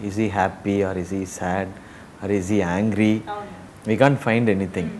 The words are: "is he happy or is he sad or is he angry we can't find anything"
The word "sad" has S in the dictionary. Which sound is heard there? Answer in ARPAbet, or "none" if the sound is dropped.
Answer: S